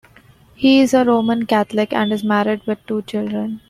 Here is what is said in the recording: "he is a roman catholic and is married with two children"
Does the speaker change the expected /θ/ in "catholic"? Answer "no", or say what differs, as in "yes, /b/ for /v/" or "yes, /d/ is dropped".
yes, /t/ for /θ/